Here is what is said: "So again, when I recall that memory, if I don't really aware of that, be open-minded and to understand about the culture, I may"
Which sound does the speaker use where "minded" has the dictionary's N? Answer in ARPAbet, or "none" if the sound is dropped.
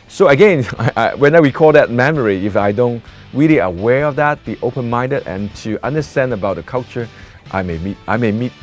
N